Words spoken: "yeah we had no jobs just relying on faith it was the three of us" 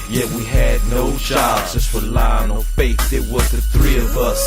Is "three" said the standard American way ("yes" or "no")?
yes